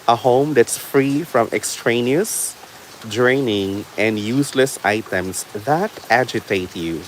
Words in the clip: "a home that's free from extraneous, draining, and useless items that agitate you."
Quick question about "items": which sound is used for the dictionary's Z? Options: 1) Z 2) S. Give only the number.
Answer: 2